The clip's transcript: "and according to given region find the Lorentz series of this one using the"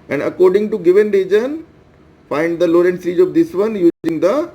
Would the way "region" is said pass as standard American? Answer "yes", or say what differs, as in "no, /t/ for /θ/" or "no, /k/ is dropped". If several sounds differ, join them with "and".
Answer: yes